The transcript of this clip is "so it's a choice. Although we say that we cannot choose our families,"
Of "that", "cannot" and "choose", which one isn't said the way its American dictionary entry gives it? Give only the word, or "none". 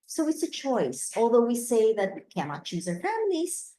none